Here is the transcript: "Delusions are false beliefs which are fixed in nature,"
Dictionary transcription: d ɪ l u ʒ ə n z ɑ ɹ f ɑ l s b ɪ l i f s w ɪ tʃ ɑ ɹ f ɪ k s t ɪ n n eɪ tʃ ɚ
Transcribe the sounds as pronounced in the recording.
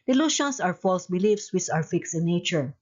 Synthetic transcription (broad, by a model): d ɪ l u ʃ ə n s ɑ ɹ f ɑ l s b ɪ l i f s w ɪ s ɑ w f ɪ k s ɪ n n eɪ tʃ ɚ